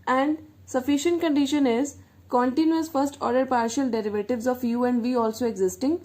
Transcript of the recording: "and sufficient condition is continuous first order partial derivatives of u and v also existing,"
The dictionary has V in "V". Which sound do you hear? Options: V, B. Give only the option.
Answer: V